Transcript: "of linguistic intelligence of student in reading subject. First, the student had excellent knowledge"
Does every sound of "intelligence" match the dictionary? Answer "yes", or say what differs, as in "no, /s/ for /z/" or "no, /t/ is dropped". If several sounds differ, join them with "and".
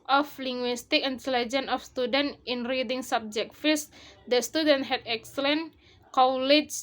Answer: no, /s/ is dropped